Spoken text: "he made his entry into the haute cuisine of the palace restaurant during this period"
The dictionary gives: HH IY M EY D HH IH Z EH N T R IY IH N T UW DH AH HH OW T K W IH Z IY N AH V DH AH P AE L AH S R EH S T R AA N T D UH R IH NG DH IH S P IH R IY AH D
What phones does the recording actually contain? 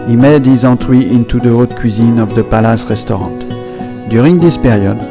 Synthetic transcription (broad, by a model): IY M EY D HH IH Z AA T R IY IH N T UW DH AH OW T K W IH Z IY N AH V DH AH P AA L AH S R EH S T R AA T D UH R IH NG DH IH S P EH R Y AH D